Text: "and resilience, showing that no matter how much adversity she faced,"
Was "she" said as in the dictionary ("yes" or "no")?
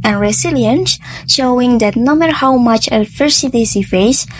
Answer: no